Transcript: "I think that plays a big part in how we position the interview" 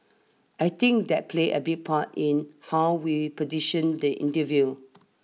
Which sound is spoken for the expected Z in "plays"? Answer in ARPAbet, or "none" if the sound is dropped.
none